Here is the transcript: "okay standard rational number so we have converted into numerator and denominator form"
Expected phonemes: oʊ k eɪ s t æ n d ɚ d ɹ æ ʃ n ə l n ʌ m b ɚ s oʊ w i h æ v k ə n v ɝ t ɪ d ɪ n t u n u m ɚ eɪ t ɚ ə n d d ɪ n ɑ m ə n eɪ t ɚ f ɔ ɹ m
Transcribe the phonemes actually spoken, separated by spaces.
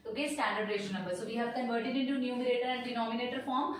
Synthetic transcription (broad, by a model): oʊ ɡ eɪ s t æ n d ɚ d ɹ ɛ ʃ ə n ʌ m b ɚ s oʊ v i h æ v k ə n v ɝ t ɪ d ɪ n t u n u m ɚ eɪ t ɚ ə n d d ɪ n ɑ m ə n eɪ t ɚ f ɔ ɹ m